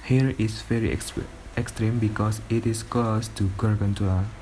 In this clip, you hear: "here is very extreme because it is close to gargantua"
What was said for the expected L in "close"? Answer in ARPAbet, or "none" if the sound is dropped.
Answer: none